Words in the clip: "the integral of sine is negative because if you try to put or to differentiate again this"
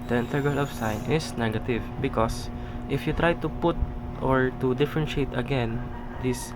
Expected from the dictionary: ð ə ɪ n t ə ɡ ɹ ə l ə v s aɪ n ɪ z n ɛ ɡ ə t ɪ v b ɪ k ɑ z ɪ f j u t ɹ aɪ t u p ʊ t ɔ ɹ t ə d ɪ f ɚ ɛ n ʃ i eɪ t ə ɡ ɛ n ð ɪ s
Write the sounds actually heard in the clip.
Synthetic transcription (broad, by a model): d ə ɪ n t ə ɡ ə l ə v s aɪ n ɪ s n ɛ ɡ ə t ɪ v b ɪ k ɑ s ɪ f j u t ɹ aɪ t u p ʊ t ɔ ɹ t ə d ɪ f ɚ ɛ n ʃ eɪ t ə ɡ ɛ n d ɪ s